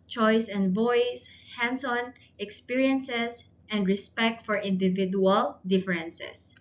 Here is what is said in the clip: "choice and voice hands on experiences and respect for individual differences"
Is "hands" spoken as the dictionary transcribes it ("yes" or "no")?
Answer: no